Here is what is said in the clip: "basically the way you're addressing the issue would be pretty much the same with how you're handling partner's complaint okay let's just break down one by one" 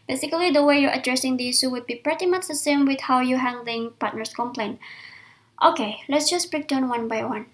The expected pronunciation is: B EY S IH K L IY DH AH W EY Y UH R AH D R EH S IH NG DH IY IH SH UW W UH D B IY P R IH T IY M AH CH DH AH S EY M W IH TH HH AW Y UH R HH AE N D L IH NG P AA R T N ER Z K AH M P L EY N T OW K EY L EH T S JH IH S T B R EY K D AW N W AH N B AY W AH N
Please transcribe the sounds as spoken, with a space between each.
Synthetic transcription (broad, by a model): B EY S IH K L IY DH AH W EY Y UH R AH D R EH S IH NG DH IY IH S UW W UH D B IY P R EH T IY M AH CH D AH S EY M W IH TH HH AW Y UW HH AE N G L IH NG P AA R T N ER S K AH M P L EY N T OW K EY L EH T S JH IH S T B R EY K D AW N W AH N B AY W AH N